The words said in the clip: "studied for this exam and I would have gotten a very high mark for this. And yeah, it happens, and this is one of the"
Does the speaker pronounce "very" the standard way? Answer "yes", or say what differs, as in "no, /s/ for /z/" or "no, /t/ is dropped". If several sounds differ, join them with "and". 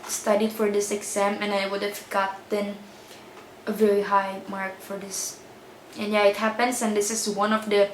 yes